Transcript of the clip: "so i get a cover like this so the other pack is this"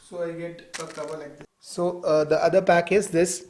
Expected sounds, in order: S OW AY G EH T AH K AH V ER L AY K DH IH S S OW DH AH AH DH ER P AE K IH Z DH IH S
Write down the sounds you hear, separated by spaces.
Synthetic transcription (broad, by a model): S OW AY G EH T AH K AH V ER L AY K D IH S S OW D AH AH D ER P AE K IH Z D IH S